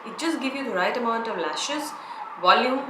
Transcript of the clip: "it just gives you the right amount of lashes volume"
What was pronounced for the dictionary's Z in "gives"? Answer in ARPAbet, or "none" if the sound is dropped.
none